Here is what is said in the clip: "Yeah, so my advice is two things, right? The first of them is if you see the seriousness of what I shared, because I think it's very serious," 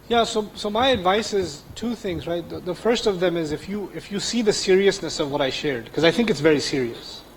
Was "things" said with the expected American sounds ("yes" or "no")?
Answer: yes